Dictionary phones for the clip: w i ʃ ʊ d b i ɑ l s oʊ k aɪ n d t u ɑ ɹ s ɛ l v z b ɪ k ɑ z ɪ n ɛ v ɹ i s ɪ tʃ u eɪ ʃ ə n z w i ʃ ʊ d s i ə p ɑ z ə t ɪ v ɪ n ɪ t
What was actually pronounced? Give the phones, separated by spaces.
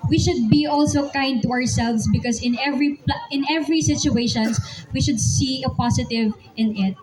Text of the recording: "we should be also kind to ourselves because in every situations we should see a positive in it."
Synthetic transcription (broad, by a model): w i ʃ ʊ d b i ɑ l s oʊ k aɪ n d t u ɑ ɹ s ɛ l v s b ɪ k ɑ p ɪ n ɛ v ɹ i s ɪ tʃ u eɪ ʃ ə n s w i ʃ ʊ d s i ə p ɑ s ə t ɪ v ɪ n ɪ t